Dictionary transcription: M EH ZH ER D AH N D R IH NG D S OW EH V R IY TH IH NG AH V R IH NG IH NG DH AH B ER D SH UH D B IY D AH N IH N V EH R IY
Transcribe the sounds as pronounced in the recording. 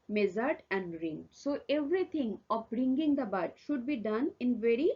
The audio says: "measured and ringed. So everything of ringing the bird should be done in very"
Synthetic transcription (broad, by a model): M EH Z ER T AH N D R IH NG S OW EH V R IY T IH NG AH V R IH NG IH NG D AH B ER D SH UH D B IY D AH N IH N V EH R IY